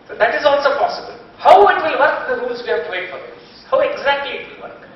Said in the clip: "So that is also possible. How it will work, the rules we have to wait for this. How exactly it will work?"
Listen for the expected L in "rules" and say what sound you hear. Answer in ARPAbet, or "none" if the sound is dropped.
none